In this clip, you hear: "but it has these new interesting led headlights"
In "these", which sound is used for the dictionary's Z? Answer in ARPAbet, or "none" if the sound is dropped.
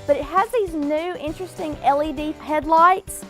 Z